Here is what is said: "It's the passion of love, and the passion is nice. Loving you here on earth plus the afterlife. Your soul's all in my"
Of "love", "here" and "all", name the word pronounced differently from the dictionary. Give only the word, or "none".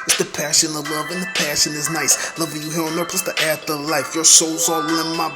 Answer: none